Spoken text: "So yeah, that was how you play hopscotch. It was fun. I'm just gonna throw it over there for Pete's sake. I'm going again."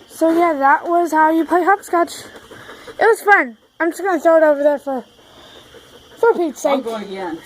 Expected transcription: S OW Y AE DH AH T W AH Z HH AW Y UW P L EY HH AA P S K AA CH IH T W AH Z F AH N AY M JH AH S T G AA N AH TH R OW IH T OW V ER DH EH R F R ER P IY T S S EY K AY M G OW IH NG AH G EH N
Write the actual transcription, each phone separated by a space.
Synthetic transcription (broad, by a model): S OW Y AE DH AH T W AH Z HH AW Y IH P EY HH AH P S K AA CH IH T W AH Z F AH N AY M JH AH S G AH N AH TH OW IH T OW V ER DH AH R F R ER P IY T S S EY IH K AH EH